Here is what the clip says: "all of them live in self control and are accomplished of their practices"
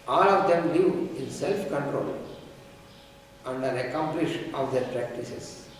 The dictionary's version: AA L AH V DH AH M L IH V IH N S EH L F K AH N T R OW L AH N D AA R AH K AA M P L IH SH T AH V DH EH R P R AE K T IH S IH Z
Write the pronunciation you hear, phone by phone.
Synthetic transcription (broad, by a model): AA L AH V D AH M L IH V IH N S EH L F K AH N T R OW L AH N D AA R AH K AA M P L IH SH AH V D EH R P R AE K T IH S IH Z